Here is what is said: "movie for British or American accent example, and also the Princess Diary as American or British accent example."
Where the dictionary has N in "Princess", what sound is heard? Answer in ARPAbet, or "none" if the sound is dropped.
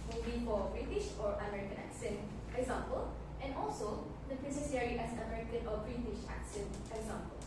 none